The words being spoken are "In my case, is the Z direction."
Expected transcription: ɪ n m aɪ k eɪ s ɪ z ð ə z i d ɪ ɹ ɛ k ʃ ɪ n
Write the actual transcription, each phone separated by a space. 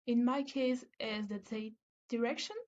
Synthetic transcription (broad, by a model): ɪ n m aɪ k eɪ s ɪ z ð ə s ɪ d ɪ ɹ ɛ k ʃ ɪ n